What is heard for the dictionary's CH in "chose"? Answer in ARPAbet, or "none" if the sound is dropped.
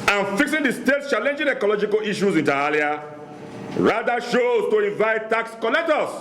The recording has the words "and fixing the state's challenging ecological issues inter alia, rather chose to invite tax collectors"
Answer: SH